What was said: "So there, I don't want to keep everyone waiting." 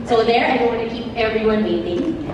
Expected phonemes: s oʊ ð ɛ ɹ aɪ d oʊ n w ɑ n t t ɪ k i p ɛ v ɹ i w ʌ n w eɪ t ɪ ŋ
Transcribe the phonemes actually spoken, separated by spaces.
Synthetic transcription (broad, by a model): s oʊ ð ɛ ɹ aɪ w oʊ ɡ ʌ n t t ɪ k i p ɛ v ɹ i w ʌ n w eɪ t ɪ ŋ